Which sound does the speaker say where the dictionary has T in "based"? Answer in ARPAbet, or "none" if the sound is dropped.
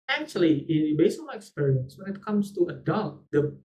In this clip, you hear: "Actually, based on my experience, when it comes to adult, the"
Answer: none